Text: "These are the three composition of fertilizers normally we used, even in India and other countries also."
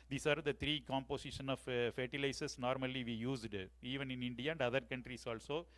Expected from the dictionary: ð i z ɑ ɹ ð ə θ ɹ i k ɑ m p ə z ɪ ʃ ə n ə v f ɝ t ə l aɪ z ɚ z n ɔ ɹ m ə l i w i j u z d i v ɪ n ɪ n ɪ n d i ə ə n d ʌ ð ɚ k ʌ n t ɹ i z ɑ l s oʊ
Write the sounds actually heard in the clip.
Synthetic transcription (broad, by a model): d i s ɑ ɹ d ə t ɹ i k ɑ m p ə s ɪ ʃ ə n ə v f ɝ t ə l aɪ s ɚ s n ɔ ɹ m ə l i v i j u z d i v ɪ n ɪ n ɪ n d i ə ə n d ʌ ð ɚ k ʌ n t ɹ i s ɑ l s oʊ